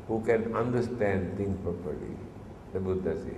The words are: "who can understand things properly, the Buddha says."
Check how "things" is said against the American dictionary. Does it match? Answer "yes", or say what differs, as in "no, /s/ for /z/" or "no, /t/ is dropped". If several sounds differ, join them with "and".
no, /t/ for /θ/ and /z/ is dropped